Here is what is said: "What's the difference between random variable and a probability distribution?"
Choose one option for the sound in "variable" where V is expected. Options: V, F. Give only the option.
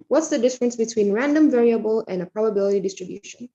V